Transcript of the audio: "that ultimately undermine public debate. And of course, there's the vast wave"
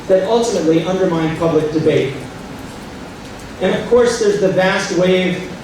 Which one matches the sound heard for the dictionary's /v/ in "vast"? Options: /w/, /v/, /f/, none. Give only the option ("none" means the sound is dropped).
/v/